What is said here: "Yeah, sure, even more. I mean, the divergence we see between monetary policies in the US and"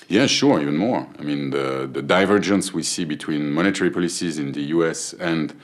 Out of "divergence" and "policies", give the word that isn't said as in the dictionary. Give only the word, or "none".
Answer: none